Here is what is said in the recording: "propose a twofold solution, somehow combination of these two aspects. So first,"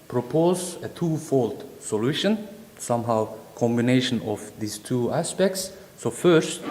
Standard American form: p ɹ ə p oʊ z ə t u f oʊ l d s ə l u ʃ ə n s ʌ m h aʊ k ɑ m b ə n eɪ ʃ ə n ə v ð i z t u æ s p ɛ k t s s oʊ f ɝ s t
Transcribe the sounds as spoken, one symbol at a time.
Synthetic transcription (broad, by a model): p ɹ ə p oʊ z ə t u f oʊ l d s ə l u ʃ ə n s ʌ m h aʊ k ɑ m b ə n eɪ ʃ ə n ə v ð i s t u æ s p ɛ k t s s oʊ f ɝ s t